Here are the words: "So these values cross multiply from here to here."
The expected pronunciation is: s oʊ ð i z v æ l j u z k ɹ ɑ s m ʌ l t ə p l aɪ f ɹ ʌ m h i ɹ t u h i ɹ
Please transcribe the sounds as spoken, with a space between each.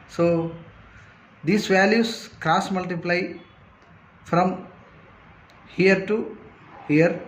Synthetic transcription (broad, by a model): s oʊ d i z v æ l j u s k ɹ ɑ s m ʌ l t ə p l aɪ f ɹ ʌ m h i ɹ t u h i ɹ